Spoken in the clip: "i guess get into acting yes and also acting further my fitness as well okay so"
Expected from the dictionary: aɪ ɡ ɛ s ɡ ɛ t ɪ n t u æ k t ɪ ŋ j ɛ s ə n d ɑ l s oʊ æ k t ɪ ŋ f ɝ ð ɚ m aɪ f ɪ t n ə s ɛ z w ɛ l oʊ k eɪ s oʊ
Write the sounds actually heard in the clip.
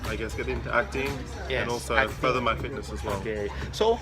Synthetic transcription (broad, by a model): aɪ ɡ ɛ s ɡ ɛ t ɪ n t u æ k t ɪ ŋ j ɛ ə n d ɑ l s oʊ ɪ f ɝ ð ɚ m aɪ f ɪ t n ə s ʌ z w ɛ l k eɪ s oʊ